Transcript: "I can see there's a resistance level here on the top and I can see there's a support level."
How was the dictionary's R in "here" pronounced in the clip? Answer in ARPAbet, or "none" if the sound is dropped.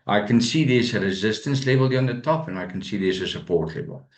L